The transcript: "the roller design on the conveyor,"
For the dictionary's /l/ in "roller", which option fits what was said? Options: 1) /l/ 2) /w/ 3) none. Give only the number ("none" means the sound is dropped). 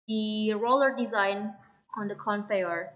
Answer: 1